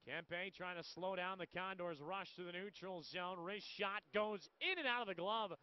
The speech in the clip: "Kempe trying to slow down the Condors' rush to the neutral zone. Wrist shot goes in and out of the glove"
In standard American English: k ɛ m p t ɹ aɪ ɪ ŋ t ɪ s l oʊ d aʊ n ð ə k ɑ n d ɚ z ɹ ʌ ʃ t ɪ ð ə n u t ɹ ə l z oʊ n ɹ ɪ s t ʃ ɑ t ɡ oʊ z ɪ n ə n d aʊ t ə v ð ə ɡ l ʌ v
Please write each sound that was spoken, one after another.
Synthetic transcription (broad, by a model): k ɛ m p t ɹ aɪ ɪ ŋ t ɪ s l oʊ d aʊ n ð ə k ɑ n d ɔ z ɹ ʌ ʃ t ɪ ð ə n u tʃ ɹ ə l z oʊ n ɹ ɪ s ʃ ɑ t ɡ oʊ z ɪ n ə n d aʊ t ə v ð ə ɡ l ʌ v